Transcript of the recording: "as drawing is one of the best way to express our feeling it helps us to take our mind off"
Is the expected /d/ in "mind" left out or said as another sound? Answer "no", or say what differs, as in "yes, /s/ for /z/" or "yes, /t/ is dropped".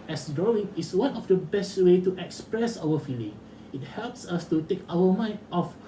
yes, /d/ is dropped